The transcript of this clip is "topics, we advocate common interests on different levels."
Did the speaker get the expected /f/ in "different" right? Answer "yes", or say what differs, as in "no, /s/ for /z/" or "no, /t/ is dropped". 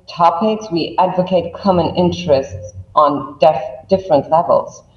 yes